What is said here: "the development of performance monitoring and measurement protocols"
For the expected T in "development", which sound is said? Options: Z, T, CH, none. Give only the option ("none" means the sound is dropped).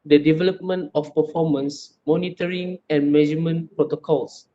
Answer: T